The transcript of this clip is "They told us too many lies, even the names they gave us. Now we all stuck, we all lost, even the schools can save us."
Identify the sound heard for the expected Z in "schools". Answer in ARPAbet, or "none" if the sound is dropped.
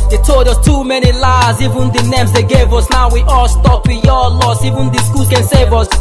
none